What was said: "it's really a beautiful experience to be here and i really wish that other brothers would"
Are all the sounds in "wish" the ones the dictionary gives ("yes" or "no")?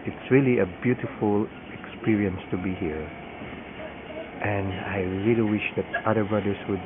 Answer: yes